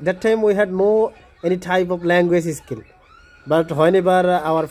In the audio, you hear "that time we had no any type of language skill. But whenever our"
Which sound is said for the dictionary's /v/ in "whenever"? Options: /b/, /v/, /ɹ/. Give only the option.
/b/